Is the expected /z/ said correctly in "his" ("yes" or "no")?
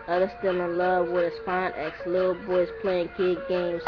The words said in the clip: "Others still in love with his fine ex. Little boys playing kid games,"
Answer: no